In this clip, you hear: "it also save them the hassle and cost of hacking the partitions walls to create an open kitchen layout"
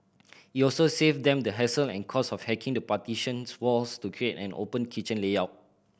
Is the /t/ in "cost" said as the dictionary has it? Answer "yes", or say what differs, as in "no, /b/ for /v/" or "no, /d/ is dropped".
no, /t/ is dropped